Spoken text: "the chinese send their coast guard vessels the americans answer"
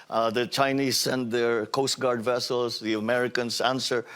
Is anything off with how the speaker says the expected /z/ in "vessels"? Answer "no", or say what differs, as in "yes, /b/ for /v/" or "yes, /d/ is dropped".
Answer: yes, /s/ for /z/